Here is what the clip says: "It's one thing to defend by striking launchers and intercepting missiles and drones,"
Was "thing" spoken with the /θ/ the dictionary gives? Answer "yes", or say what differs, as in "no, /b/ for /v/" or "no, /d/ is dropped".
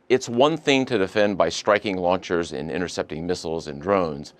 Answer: yes